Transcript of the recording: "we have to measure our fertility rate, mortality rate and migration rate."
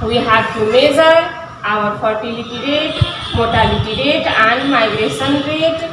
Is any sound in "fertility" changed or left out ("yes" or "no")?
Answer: yes